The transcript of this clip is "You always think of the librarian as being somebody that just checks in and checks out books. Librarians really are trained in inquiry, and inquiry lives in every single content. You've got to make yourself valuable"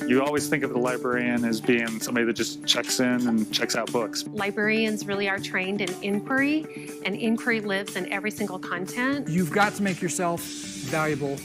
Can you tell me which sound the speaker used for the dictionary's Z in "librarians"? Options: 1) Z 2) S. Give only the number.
1